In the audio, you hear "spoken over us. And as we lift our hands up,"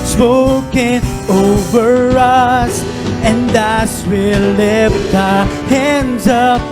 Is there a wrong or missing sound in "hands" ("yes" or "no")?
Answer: no